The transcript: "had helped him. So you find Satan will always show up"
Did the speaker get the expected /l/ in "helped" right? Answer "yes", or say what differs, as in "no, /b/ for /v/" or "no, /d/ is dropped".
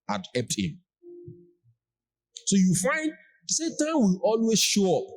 no, /l/ is dropped